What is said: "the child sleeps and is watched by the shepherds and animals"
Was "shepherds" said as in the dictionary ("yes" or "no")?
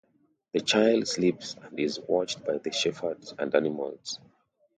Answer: no